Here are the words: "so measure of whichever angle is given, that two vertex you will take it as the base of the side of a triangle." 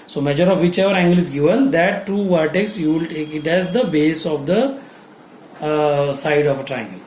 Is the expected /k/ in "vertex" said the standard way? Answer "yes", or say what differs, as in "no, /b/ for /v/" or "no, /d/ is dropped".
yes